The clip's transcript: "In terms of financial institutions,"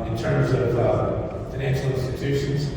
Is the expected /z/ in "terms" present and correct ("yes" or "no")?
yes